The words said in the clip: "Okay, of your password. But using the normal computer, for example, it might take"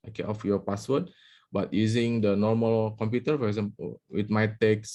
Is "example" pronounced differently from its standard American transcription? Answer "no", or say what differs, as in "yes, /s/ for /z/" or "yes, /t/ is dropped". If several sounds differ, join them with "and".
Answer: yes, /w/ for /l/